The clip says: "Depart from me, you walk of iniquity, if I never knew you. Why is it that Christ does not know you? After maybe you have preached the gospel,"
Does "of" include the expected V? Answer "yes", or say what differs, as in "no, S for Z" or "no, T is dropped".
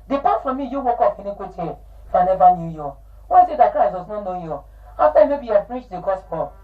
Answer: no, F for V